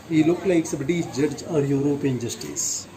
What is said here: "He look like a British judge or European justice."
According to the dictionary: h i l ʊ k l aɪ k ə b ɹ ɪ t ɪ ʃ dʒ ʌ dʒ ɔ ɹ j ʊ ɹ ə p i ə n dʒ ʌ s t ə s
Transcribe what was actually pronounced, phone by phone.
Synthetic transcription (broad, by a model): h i l ʊ k l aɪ k ə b ɪ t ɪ s dʒ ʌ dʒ ɔ ɹ j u ɹ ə p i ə n dʒ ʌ s t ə s